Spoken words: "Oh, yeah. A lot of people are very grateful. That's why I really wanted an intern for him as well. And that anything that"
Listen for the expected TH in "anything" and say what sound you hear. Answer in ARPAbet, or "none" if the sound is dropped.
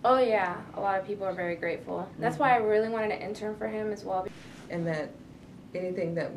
TH